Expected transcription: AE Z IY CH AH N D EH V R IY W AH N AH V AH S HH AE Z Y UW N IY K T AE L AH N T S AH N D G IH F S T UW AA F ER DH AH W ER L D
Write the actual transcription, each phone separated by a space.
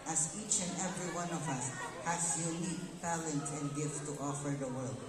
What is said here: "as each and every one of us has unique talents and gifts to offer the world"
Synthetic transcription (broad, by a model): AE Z IY CH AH N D EH V R IY W AH N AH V AH S HH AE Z Y UW N IY K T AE L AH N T AH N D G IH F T T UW AA F ER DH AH W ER L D